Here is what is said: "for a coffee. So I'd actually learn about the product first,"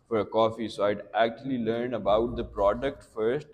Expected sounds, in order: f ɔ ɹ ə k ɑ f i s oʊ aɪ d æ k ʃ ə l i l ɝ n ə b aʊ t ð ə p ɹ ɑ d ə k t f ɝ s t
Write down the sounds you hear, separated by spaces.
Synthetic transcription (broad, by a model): f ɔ ɹ ə k ɑ f i s oʊ aɪ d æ k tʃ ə l i l ɝ n ə b aʊ t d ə p ɹ ɑ d ə k t f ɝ s t